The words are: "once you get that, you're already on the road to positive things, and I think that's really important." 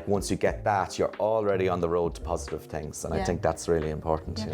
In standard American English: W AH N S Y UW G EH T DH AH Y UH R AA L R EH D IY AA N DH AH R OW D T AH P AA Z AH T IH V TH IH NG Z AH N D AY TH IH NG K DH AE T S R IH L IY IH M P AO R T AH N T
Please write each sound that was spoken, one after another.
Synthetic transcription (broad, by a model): W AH N S Y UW G EH T DH AH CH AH R AA L R EH D IY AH N DH AH R OW D T AH P AA Z AH T IH V TH IH NG Z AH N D AY TH IH NG K DH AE T S R IH L IY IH M P AO R T N T